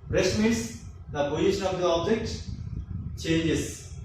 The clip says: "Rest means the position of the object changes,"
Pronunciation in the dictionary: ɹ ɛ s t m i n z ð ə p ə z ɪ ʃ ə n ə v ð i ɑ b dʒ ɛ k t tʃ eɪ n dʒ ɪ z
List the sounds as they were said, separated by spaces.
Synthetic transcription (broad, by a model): ɹ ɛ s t m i n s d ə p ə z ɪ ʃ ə n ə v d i ɑ b dʒ ɛ k t tʃ eɪ n dʒ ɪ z